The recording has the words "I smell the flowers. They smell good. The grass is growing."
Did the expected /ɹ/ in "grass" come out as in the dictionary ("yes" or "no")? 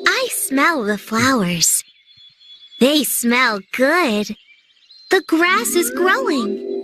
yes